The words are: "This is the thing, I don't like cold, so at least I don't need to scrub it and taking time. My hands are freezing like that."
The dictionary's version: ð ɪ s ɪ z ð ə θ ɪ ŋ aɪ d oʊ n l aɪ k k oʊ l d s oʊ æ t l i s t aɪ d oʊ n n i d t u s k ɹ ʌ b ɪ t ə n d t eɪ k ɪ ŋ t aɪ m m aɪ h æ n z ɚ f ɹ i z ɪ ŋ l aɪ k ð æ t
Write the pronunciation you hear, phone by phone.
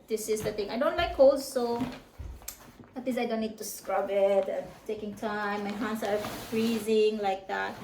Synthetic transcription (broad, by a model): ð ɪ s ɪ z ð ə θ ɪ ŋ aɪ d oʊ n l aɪ k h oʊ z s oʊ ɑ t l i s aɪ d oʊ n n i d t u s k ɹ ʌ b ɪ t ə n t eɪ k ɪ ŋ t aɪ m m aɪ h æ n s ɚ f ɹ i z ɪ ŋ l aɪ k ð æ t